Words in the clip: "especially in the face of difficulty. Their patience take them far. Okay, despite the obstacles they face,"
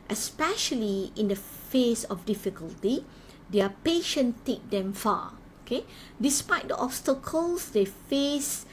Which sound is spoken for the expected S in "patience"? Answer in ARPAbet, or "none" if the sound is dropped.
none